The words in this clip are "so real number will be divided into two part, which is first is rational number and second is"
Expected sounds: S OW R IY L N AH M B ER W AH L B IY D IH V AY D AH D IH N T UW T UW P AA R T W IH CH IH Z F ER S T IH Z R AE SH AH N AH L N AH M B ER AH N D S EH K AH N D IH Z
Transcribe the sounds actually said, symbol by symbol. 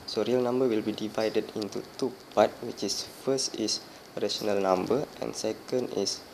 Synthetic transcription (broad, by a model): S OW R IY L N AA M B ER W AH L B IY D IH V AY D AH D IH N T UW T UW P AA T W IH CH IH S F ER S T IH S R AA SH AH N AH L N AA M B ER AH N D S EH K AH N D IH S